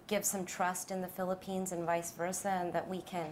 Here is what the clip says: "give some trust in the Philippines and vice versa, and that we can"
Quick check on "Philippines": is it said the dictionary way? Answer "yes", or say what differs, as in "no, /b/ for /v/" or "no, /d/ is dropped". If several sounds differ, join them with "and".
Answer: yes